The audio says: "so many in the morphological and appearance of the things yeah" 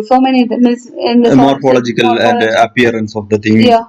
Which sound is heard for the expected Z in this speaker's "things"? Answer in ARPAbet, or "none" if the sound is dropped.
none